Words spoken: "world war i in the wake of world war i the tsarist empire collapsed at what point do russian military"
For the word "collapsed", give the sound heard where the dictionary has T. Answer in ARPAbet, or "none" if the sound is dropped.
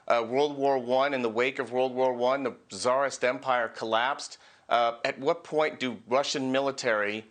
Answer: T